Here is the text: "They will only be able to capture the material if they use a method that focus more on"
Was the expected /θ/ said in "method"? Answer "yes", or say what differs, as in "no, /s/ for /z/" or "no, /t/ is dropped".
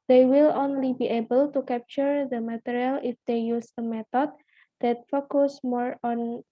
no, /t/ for /θ/